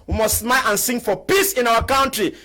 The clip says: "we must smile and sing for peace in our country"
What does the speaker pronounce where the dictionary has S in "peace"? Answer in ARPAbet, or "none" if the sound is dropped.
S